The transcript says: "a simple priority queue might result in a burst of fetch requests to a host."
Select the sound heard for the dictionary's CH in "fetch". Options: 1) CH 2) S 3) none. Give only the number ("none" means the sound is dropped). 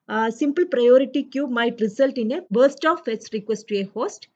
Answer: 2